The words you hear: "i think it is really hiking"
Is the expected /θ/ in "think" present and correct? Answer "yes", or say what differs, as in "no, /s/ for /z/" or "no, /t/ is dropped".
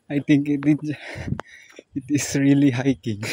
no, /t/ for /θ/